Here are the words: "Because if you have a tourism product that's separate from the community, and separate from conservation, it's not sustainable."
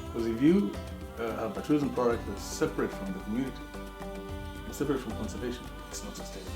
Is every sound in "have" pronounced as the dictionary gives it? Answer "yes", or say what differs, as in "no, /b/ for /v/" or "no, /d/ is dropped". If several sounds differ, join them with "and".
no, /b/ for /v/